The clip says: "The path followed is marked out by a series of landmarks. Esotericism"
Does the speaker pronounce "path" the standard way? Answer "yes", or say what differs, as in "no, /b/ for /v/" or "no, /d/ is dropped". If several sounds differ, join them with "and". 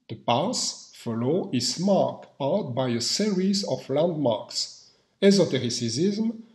no, /s/ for /θ/